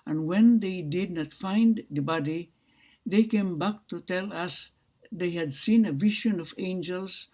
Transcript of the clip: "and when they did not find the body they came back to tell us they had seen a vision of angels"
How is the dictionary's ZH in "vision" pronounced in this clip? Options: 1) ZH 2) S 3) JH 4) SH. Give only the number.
4